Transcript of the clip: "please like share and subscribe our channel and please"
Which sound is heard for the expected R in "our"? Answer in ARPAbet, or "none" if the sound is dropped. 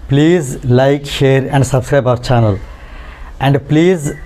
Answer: R